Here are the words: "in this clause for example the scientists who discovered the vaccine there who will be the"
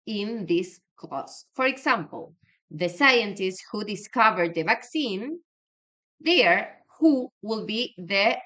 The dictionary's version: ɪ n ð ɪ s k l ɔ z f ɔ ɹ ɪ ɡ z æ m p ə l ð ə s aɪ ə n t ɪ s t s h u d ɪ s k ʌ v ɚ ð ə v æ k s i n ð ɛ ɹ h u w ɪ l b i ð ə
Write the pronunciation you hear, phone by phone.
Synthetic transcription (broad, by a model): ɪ n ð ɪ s k ɔ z f ɔ ɹ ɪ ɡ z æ m p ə l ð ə s aɪ ə n t ɪ s t s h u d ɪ s k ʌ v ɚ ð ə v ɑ k s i n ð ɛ ɹ h u w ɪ l b i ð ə